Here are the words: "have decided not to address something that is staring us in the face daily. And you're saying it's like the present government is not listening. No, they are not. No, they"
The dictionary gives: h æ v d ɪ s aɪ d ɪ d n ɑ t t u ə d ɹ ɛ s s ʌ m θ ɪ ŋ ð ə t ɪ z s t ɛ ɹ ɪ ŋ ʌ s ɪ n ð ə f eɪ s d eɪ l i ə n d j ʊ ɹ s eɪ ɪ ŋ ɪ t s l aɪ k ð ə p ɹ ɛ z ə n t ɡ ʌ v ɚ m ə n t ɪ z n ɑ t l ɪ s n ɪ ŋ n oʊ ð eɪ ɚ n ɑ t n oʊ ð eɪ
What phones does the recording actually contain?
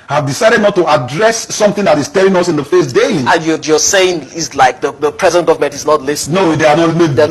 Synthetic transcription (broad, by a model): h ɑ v d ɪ s aɪ d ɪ d n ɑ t t u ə d ɹ ɛ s s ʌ m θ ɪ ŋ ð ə t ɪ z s t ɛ l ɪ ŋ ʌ s ɪ n ð ə f eɪ s d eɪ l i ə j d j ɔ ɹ s eɪ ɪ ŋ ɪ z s l aɪ k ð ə p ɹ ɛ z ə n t ɡ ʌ v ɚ m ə n t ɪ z n ɑ t l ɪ s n n oʊ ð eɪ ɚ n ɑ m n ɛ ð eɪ